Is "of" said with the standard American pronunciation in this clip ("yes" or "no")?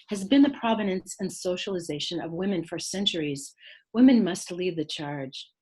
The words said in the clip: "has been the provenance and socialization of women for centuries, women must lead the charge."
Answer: yes